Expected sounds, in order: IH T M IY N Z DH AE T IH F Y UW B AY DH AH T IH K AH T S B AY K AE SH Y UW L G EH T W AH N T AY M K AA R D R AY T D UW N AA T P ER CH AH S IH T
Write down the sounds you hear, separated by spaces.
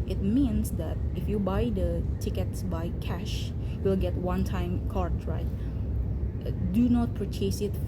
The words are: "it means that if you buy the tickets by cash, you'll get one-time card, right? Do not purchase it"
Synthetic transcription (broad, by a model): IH T M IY N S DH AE T IH F Y UW B AY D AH T IH K AH T S B AY K AE SH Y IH L G EH T W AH N T AY M K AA R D R AY T D UW N AA T P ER CH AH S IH T